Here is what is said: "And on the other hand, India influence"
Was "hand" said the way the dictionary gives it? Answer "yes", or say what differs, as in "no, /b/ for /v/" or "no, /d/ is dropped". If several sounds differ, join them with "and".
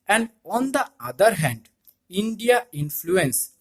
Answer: yes